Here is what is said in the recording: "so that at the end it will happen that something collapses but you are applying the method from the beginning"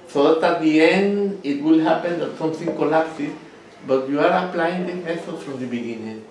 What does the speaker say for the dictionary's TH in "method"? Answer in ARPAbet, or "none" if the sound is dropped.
S